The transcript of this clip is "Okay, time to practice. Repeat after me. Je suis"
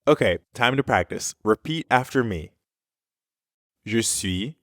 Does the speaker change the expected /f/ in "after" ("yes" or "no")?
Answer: no